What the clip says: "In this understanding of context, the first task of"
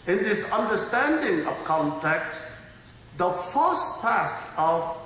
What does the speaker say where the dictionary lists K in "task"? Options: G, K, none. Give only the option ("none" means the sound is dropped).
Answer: none